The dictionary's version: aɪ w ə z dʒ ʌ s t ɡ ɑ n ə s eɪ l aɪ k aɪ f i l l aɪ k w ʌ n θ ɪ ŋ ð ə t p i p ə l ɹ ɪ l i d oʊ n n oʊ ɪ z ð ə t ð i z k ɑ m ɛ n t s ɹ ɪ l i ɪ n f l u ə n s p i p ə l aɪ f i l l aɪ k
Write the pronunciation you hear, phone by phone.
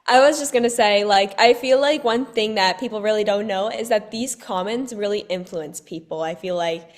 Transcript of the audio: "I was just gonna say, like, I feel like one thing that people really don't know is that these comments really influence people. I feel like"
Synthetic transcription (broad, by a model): aɪ w ə z dʒ ʌ s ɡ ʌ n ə s eɪ l aɪ k aɪ f i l l aɪ k w ʌ n θ ɪ ŋ ð ə t p i p l ɹ ɪ l i d oʊ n n oʊ ɪ z ð ə t ð i z k ɑ m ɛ n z ɹ ɪ l i ɪ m f l u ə n s p i p l aɪ f i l l aɪ k